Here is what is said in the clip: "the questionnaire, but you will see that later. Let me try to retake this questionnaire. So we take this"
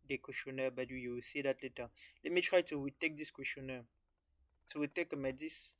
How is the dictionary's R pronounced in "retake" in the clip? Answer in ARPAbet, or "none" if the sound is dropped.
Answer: W